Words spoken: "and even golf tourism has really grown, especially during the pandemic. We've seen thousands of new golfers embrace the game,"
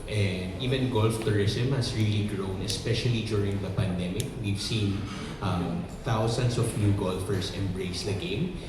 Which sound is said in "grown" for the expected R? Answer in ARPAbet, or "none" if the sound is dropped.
R